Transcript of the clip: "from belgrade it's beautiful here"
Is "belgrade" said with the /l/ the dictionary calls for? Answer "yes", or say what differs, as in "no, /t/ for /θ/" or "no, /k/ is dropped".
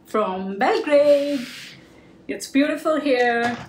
no, /l/ is dropped